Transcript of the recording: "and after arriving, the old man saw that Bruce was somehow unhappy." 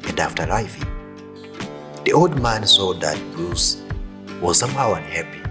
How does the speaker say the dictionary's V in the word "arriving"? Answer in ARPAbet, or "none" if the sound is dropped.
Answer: F